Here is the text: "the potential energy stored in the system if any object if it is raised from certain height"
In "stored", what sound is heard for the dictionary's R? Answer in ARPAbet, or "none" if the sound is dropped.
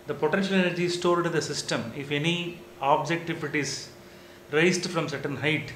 L